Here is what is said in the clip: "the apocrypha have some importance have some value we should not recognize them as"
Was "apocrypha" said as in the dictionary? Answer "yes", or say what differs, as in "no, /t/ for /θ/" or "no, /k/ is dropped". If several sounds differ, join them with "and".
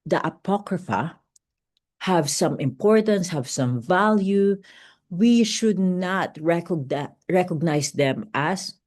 yes